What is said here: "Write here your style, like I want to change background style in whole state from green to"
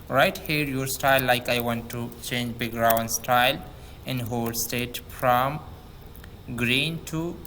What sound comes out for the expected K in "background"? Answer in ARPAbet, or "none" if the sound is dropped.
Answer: none